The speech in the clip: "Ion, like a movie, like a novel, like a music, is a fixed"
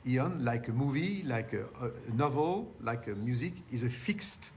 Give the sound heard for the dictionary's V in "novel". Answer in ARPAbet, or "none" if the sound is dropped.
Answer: V